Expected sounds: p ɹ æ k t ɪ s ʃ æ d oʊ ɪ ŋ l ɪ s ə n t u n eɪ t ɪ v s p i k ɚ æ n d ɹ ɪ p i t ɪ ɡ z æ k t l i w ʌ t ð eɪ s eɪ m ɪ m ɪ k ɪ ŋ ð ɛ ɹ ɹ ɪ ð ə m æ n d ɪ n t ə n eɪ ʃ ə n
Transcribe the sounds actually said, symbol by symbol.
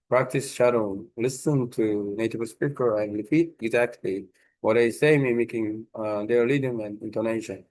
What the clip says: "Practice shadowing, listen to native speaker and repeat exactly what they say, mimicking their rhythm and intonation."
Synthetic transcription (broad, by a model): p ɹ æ k t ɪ s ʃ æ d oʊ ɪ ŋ l ɪ s ə n t u n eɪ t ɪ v s p i k ɚ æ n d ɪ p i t ɪ ɡ z æ k t l i w ʌ t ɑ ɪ s eɪ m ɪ m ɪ k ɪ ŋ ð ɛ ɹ l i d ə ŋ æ n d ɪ n t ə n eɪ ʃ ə n